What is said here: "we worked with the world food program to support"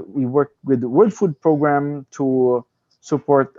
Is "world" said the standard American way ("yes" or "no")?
no